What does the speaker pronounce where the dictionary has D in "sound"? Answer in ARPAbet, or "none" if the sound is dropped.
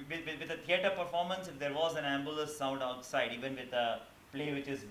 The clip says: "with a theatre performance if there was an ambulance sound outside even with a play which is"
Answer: D